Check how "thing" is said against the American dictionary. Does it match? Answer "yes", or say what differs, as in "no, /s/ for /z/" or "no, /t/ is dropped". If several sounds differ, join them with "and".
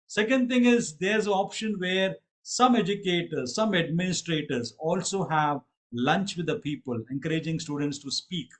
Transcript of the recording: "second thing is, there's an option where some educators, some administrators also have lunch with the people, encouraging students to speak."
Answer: no, /t/ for /θ/